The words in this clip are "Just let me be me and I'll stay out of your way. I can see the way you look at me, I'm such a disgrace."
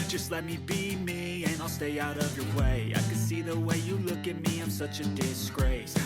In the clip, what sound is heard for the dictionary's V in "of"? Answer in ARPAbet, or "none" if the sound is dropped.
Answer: V